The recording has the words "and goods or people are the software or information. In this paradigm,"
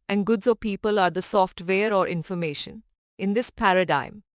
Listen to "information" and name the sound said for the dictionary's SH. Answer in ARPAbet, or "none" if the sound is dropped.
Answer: SH